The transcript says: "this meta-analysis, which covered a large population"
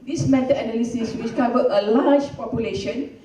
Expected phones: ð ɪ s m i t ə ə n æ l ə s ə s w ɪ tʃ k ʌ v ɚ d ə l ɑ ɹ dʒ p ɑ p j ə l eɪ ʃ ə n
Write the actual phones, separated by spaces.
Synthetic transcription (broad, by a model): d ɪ s m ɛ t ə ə n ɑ l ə s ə s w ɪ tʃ k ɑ v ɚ ə l ɑ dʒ p ɑ p j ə l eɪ ʃ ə n